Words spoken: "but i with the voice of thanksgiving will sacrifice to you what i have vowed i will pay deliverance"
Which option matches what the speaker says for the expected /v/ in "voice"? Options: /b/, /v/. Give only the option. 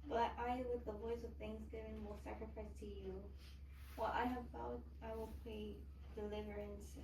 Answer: /v/